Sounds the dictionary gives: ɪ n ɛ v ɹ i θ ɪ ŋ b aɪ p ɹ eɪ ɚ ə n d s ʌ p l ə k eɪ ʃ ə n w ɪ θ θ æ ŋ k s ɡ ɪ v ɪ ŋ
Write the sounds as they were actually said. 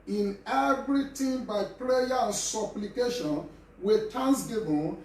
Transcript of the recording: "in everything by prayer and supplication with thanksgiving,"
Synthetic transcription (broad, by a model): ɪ n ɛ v ɹ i t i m b aɪ p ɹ eɪ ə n s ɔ p l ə k eɪ ʃ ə n w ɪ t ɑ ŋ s ɡ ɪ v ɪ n